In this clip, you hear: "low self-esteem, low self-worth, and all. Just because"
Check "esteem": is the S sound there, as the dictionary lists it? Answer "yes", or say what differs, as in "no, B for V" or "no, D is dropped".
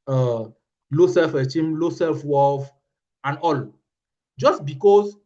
no, S is dropped